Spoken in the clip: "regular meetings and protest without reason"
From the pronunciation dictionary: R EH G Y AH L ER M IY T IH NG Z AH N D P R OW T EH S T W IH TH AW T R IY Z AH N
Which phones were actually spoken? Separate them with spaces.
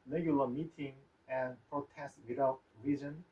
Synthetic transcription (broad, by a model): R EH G Y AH L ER M IY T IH NG AH N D P R OW T EH S T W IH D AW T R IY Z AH N